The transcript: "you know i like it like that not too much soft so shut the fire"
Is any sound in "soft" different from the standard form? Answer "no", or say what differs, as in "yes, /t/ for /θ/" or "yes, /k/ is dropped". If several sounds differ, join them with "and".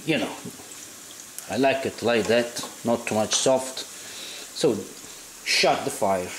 no